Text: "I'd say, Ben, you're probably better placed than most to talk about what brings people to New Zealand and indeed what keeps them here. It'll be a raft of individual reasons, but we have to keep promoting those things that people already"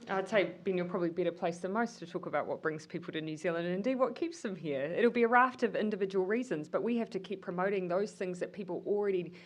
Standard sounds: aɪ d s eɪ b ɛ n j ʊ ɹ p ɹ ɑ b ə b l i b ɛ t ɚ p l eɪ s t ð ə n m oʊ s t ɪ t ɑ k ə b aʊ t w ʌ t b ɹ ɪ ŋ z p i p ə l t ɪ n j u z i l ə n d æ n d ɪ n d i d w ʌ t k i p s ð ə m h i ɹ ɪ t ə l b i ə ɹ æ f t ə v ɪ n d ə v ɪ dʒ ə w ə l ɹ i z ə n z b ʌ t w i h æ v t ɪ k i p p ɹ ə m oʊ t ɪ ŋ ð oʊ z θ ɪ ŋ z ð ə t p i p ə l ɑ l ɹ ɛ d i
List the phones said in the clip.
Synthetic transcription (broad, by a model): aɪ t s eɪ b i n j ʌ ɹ p ɹ ɑ b ə b l i b ɛ t ɚ p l eɪ s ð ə m oʊ s t ɪ t ɑ k ə b aʊ t w ʌ t b ɹ ɪ ŋ z p i p l t ɪ n j u z i l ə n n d ɪ n d i d w ʌ t k i p s ð ə m h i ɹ ɪ t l b i ə ɹ æ f t ə v ɪ n d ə v ɪ dʒ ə w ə l ɹ i z ə n z b ʌ t w i h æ f t ɪ k i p p ɹ ə m oʊ t ɪ ŋ ð oʊ z θ ɪ ŋ z ð ə t p i p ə l l ɹ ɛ d i